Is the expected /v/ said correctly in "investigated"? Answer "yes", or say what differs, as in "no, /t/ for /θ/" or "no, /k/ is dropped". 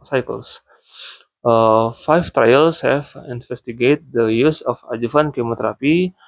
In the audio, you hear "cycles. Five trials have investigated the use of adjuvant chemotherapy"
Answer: no, /f/ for /v/